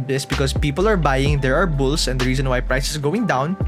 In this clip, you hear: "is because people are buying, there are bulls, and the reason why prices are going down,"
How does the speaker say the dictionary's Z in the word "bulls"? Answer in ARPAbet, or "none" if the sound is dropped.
S